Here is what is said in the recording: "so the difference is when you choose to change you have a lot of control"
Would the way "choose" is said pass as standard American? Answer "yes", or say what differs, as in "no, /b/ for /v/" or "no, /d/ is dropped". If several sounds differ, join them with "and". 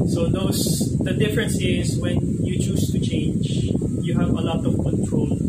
no, /s/ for /z/